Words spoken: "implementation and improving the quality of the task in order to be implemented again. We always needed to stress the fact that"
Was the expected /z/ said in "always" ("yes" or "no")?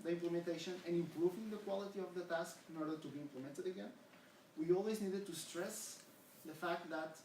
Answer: yes